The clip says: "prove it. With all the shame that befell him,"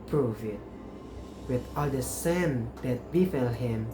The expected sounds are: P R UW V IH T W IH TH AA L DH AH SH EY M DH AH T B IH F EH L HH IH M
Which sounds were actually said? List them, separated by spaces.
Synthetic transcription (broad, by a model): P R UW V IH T W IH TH AA L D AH S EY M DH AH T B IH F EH L HH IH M